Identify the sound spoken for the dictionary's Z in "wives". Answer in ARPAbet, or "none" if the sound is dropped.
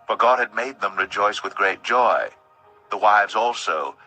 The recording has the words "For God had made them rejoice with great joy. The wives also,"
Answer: Z